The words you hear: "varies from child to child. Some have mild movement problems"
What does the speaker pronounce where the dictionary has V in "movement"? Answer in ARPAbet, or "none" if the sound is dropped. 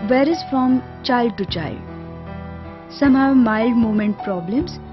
none